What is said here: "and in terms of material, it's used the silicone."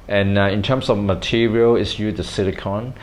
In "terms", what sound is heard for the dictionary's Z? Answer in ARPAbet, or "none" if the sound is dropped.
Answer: S